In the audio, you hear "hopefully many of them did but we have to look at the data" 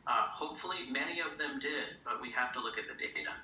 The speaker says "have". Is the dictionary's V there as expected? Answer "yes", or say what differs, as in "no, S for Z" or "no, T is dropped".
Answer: no, F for V